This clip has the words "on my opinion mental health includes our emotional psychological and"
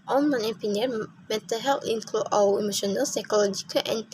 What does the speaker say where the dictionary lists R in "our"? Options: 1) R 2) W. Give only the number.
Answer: 2